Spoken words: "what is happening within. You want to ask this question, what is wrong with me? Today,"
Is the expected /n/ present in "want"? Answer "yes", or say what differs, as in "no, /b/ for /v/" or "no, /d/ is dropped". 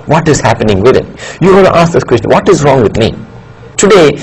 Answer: no, /l/ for /n/